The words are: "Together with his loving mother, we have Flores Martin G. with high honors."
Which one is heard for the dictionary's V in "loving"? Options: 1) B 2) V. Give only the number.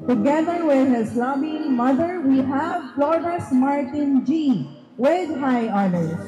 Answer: 1